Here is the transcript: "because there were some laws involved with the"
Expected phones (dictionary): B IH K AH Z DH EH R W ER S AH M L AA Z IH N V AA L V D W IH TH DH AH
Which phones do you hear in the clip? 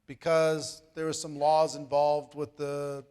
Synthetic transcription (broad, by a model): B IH K AH Z DH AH R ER S AH M L AA Z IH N V AA L V D W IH DH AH